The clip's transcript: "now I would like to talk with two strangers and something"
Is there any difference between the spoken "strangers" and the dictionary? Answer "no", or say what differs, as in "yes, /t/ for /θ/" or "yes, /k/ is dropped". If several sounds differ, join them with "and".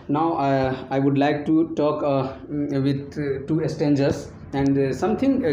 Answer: yes, /ɹ/ is dropped